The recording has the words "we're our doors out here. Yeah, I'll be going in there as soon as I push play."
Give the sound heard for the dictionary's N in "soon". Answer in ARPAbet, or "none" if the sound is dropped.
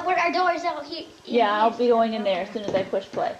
N